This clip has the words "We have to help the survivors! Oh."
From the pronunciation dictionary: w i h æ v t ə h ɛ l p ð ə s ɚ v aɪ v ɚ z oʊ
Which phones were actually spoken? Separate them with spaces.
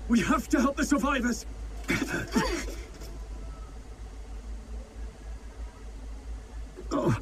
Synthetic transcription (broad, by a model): w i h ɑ f t ə h ɛ l p ð ə s ɚ v aɪ v ɚ z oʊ